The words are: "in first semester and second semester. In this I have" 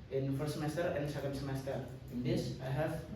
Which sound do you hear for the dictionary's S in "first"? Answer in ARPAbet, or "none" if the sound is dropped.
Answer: none